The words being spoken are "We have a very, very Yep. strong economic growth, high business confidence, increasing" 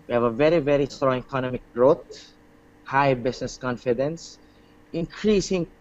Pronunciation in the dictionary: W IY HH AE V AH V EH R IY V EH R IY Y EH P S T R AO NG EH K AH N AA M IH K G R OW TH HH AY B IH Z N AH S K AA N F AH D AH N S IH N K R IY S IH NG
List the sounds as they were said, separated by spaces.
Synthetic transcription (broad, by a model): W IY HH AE V AH V EH R IY V EH R IY S T R AO NG EH K AH N AA M IH K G R OW T HH AY B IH S N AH S K AA N F AH D AH N S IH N K R IY S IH NG